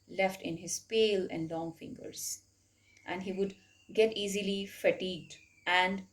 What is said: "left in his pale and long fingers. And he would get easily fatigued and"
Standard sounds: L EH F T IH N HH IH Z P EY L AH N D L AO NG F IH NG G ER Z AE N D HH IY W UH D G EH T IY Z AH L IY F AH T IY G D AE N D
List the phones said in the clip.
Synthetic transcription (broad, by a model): L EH F T IH N HH IH Z P EY L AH N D L AO NG F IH NG G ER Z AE N D HH IY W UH D G EH T IY Z AH L IY F AH T IY G D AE N D